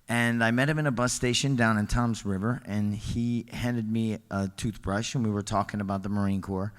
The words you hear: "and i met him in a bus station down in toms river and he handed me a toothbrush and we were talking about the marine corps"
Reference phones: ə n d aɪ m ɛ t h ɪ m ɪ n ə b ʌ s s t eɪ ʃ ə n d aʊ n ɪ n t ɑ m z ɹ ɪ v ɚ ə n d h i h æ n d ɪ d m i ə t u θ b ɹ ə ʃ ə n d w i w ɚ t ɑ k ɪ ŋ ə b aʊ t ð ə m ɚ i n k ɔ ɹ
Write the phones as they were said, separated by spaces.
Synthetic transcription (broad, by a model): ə n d aɪ m ɛ t h ɪ m ɪ n ə b ʌ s s t eɪ ʃ ə n d aʊ n ɪ n t ɑ m z ɹ ɪ v ɚ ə n i h æ n d ɪ d m i ə t u θ b ɹ ə ʃ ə n w i w ɚ t ɑ k ɪ ŋ ə b aʊ t ð ə m ɚ i n k ɔ ɹ